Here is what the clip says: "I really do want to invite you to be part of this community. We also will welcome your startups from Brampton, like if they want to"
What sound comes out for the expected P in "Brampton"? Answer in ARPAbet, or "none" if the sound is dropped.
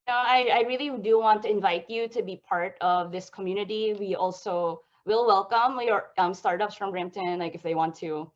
none